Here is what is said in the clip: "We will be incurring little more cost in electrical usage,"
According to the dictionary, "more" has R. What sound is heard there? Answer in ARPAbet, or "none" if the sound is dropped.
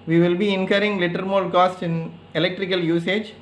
L